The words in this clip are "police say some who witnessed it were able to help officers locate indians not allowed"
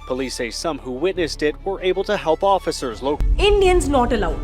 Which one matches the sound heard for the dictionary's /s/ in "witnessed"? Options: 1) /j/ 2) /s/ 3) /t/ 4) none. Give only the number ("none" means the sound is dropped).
2